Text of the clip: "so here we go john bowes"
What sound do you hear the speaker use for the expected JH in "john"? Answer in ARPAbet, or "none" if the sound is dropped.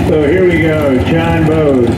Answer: CH